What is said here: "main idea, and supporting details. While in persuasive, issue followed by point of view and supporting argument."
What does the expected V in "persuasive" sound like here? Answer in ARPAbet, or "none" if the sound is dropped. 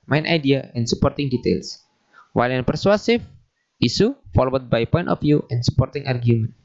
F